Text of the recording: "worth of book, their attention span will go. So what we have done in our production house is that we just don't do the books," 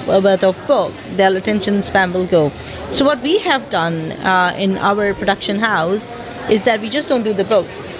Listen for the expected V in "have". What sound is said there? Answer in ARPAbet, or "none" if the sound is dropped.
V